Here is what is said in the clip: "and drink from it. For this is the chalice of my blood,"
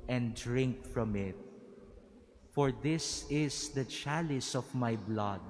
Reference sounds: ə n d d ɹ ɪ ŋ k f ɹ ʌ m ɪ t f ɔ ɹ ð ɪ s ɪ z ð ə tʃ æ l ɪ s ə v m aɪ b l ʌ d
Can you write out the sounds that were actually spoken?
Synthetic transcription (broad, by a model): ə n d d ɹ ɪ ŋ k f ɹ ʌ m ɪ t f ɔ ɹ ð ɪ s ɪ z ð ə tʃ æ l ɪ s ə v m aɪ b l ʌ d